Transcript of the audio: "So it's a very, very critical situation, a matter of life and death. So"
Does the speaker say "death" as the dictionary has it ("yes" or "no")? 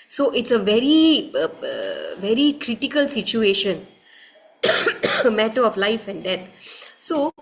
no